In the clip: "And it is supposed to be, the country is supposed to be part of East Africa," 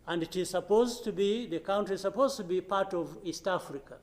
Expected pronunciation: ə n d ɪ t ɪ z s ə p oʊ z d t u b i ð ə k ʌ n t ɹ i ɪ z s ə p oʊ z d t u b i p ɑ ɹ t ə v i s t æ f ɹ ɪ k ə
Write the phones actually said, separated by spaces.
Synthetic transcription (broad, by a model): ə n d ɪ t ɪ z s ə p oʊ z t u b i ð ə k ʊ n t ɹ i s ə p oʊ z t u b i p ɑ ɹ t ə v i s t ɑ f ɹ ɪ k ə